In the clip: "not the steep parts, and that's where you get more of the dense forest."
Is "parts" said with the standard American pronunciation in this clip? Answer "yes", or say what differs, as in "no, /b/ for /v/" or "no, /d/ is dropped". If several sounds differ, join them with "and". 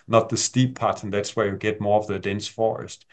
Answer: no, /s/ is dropped